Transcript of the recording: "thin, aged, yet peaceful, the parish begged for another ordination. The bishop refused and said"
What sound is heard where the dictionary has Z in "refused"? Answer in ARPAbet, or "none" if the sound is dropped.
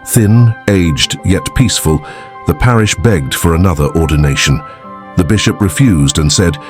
Z